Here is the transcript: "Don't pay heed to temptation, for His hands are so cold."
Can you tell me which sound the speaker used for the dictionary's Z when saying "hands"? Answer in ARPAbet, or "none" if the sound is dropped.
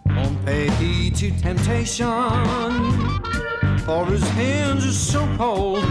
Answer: Z